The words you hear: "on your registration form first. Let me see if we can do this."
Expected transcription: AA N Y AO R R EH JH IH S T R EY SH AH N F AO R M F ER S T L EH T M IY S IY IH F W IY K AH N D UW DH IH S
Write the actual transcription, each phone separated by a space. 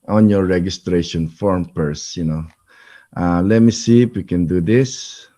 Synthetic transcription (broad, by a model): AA N Y AO R R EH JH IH S T R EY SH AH N F AO R M P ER S T L EH T M IY S IY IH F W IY K AH N D UW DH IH S